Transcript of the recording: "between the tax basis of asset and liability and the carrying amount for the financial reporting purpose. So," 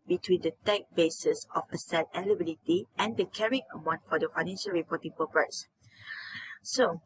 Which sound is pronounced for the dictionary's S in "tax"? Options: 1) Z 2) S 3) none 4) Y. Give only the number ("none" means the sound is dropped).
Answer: 3